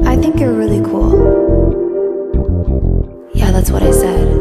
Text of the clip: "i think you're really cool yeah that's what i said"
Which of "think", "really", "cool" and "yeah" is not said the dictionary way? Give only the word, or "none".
none